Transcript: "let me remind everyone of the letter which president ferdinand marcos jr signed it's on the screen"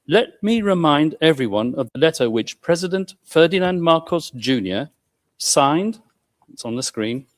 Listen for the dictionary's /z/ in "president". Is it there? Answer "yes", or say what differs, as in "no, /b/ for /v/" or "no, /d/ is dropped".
yes